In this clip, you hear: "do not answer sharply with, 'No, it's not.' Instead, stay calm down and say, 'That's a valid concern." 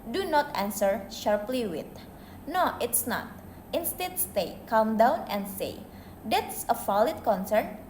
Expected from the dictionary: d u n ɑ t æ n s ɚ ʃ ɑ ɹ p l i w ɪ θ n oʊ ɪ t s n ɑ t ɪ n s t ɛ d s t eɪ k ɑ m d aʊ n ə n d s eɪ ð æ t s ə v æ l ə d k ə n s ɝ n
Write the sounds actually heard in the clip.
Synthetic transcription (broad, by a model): d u n ɑ t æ n s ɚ ʃ ɑ ɹ p l i w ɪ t n oʊ ɪ t s n ɑ t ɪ n s t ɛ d s t eɪ k ɑ m d aʊ n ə n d s eɪ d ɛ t s ə f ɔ l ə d k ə n s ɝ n